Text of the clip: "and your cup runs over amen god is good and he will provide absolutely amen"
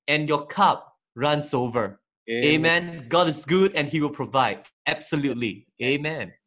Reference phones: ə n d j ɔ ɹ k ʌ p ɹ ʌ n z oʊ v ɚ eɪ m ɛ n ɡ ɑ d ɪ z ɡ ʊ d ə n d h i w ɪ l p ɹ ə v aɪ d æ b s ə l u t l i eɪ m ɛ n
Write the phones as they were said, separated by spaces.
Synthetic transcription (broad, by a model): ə n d j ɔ k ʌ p ɹ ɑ n s oʊ v ɚ eɪ m ɛ n ɡ ɑ d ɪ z ɡ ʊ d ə n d h i w ɪ l p ɹ ə v aɪ d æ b s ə l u t l i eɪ m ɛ n